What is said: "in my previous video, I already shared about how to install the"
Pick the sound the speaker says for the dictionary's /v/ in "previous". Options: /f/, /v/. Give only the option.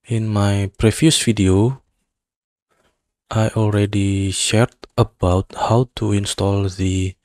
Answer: /f/